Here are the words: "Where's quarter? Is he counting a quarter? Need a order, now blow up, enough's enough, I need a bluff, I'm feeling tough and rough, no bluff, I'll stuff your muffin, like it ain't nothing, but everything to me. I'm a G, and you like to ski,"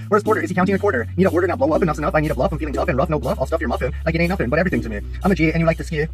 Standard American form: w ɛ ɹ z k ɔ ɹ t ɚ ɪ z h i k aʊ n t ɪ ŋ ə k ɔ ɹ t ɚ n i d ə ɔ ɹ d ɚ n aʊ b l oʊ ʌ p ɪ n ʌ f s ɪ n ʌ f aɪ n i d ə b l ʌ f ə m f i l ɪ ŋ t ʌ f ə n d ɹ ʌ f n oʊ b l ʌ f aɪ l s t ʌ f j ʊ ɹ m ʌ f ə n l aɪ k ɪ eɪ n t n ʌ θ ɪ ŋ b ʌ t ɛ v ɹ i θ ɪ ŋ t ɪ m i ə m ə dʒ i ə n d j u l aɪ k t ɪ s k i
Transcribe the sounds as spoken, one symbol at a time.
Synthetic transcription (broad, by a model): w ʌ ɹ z k ɔ ɹ t ɚ ɪ z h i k aʊ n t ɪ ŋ ə k ɔ ɹ t ɚ n i d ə ɔ ɹ d ɚ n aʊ b l oʊ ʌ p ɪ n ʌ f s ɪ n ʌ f aɪ n i d ə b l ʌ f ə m f i l ɪ ŋ t ʌ f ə n ɹ ʌ f n oʊ b l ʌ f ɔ l s t ʌ f j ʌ ɹ m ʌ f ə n l aɪ k ɪ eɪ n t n ʌ f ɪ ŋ b ʌ t ɛ v ɹ i θ ɪ ŋ t ɪ m i ə m ə dʒ i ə n j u l aɪ k t ɪ s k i